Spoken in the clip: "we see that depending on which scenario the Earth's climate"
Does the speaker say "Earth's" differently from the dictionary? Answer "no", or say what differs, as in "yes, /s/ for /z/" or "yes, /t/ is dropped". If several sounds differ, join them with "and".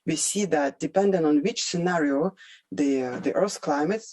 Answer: yes, /s/ is dropped